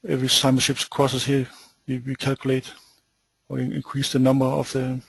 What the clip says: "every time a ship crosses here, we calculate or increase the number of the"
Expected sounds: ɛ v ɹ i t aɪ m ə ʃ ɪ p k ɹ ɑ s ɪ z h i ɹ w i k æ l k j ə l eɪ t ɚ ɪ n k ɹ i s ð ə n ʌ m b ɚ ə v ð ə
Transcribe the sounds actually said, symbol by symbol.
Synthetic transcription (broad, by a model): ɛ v ɹ i s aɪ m ə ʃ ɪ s k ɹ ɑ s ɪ s h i w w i k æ l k j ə l eɪ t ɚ ɪ n k ɹ i s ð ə n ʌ m b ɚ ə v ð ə